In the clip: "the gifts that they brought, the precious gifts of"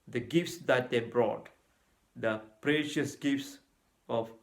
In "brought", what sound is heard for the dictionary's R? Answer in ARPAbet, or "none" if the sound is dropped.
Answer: R